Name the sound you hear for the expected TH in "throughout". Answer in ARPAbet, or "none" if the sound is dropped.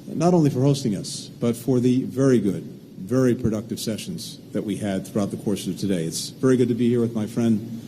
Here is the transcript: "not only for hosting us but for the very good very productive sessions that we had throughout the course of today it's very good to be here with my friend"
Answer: TH